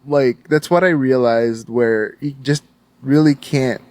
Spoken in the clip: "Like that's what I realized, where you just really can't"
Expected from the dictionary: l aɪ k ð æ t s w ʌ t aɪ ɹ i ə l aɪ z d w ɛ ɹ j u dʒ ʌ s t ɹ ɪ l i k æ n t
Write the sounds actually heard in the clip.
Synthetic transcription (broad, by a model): l aɪ k ð æ t s w ʌ t aɪ ɹ i ə l aɪ z d w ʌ ɹ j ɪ dʒ ʌ s t ɹ ɪ l i k æ n t